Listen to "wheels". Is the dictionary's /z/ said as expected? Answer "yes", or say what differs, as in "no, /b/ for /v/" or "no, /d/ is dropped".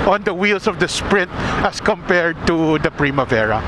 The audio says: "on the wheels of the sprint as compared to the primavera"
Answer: no, /s/ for /z/